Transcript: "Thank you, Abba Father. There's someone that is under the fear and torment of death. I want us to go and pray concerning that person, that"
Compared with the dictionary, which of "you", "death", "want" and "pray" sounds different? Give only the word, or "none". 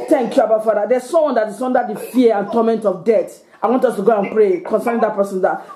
death